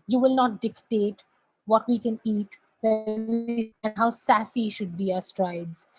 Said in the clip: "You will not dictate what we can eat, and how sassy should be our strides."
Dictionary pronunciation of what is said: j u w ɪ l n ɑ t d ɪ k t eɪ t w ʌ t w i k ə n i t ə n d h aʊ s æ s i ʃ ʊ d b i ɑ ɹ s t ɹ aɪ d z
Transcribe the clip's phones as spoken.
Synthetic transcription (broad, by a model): j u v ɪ l n ɑ t d ɪ k t eɪ t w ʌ t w i k ə n i t ə n d h aʊ s æ s i ʃ ʊ d b i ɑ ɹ s t ɹ aɪ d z